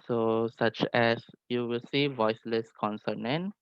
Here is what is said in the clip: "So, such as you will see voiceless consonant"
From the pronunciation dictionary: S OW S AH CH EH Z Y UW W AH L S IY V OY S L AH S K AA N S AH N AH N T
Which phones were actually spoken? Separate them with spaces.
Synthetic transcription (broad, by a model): S OW S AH CH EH S Y UW W AH L S IY V OY S L AH S K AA N S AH N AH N